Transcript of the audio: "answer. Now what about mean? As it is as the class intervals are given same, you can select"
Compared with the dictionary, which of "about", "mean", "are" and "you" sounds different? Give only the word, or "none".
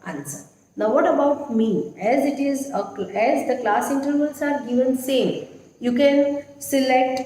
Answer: mean